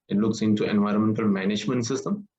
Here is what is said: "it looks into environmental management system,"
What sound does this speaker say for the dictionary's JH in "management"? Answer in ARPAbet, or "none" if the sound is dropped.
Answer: JH